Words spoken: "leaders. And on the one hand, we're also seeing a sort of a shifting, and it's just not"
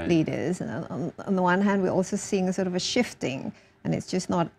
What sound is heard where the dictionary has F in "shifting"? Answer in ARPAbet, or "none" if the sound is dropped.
F